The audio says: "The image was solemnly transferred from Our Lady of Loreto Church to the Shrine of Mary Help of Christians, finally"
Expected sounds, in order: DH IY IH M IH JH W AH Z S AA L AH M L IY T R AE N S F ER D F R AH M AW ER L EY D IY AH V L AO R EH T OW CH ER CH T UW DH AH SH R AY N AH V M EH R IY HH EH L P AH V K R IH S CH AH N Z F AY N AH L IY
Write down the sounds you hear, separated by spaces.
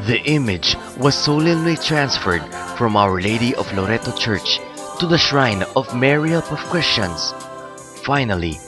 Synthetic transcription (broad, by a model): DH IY IH M IH JH W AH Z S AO L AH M L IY T R AE N S F ER D F R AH M AW ER L EY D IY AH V L AO R EH T OW CH ER CH T UW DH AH SH R AY N AH V M EH R IY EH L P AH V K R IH S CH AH N S F AY N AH L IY